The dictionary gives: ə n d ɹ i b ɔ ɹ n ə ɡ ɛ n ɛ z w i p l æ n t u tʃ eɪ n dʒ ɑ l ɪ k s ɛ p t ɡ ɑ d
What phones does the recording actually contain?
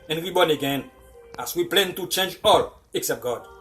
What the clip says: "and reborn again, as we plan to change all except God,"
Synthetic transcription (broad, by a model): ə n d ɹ i b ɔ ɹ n ə ɡ ɛ n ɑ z w i p l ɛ n t u tʃ eɪ n dʒ ɑ l ɪ k s ɛ p t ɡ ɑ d